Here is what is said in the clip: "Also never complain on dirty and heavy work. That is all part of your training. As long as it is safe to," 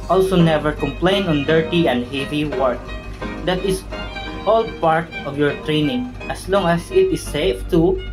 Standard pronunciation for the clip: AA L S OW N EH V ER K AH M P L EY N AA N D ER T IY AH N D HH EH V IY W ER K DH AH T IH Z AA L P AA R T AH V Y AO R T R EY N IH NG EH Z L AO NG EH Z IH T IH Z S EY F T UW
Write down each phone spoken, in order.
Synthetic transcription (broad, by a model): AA L S OW N EH V ER K AH M P L EY N AA N D ER T IY AH N D HH EH V IY W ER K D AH T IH S AA L P AA R T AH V Y AO R T R EY N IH NG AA S L AO NG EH S IH T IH S EY F T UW